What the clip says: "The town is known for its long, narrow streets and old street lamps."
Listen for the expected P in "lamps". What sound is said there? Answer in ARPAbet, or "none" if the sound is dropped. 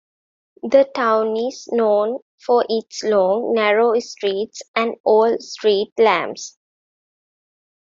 B